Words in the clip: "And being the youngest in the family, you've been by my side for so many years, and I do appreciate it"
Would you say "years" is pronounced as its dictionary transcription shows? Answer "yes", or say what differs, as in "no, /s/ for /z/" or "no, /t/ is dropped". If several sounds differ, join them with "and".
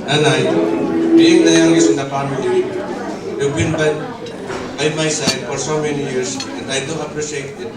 no, /s/ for /z/